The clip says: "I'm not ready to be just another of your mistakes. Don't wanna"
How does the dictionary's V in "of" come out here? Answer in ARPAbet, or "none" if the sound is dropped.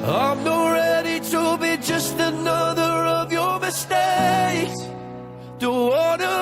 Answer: V